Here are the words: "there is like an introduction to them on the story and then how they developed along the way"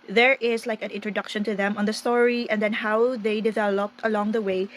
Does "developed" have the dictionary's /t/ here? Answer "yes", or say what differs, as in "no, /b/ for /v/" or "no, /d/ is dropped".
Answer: yes